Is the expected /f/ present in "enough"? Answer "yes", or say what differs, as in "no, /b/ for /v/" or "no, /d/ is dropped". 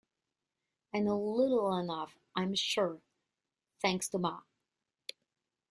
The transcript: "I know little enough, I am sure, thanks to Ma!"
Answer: yes